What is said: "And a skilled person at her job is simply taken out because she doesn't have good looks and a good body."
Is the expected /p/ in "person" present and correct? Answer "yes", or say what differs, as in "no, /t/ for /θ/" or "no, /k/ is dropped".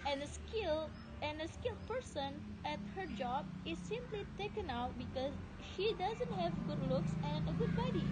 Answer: yes